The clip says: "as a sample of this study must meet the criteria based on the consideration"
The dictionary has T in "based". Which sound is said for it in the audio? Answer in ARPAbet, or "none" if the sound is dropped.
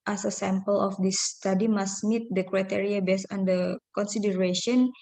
none